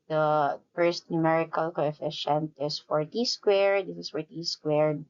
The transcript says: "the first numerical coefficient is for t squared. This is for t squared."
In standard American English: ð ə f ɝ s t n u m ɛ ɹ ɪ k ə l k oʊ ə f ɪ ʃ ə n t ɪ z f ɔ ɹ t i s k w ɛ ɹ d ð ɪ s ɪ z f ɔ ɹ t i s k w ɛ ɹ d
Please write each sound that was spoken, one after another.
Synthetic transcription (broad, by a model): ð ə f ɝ s t n u m ɛ ɹ ɪ k ə l k oʊ ə f ɪ ʃ ə n t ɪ s f ɔ ɹ t i s k w ɛ ɹ d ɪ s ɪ s f ɔ ɹ t i s k w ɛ ɹ d